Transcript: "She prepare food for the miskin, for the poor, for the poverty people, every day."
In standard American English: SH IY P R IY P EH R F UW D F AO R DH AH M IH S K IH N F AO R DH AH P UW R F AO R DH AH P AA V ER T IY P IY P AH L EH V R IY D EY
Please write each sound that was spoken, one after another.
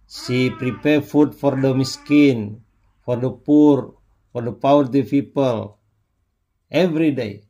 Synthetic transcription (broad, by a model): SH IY P R IY P EH R F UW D F AO R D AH M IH S K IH N F AO R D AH P UW R F AO R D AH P AA W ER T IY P IY P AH L EH V R IY D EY